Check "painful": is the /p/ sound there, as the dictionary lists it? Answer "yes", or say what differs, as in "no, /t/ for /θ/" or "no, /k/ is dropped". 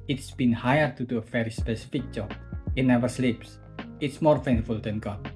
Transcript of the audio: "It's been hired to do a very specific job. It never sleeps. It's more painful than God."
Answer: no, /f/ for /p/